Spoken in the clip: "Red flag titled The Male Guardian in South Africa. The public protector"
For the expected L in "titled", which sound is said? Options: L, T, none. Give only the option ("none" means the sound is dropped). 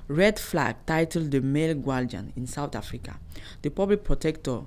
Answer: L